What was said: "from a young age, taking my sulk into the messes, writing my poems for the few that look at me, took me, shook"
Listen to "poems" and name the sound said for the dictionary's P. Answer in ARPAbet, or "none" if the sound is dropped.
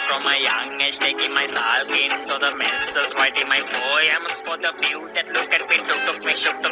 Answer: B